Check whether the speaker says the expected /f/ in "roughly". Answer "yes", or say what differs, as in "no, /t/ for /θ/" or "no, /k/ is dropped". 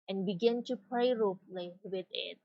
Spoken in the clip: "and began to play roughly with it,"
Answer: no, /p/ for /f/